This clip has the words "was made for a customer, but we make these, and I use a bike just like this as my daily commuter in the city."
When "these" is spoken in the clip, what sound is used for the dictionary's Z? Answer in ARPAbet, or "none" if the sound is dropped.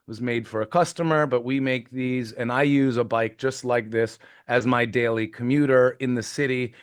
Z